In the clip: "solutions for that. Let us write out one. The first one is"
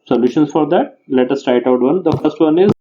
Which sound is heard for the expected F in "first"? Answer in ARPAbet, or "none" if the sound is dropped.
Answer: F